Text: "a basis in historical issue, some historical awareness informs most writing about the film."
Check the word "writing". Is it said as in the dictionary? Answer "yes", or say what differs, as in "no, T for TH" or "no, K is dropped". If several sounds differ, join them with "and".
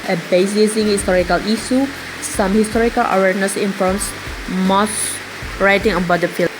yes